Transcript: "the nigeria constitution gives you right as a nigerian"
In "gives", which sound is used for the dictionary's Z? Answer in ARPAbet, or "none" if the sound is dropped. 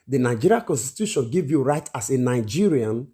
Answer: none